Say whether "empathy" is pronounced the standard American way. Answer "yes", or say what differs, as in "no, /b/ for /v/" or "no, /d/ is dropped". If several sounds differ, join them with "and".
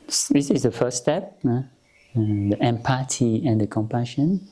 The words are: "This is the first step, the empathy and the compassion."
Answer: no, /t/ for /θ/